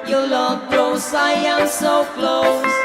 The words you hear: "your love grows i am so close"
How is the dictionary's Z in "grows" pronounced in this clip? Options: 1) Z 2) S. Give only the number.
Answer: 2